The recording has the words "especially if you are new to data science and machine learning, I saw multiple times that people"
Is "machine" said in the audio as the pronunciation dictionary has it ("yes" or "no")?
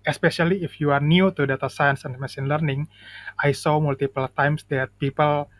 no